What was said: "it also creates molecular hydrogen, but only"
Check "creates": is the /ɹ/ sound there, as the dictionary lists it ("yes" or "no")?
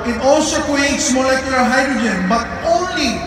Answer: no